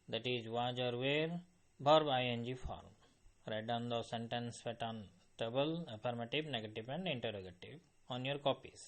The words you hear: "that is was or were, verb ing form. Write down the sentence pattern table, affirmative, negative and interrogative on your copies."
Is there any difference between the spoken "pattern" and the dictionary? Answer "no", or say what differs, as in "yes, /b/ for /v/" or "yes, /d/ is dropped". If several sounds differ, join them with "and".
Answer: yes, /f/ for /p/